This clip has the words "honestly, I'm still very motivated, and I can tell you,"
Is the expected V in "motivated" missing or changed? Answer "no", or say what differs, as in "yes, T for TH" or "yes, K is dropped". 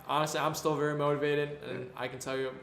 no